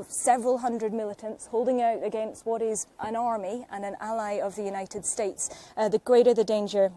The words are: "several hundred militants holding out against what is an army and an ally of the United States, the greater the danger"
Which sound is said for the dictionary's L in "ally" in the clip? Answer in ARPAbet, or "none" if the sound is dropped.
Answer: L